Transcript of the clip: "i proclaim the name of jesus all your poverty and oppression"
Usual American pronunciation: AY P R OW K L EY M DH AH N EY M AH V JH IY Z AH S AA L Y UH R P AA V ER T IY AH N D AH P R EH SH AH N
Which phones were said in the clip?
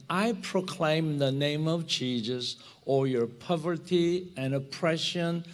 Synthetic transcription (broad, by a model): AY P R OW K L EY M DH AH N EY M AH V CH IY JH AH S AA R Y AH R P AA V ER T IY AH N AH P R EH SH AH N